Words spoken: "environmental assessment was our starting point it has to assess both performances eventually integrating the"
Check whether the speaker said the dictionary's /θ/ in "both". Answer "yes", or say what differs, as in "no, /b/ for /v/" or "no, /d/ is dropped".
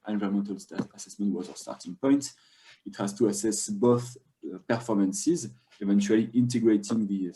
yes